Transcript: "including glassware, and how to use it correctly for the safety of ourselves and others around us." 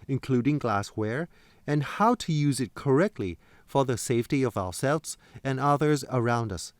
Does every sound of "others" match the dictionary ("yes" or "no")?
yes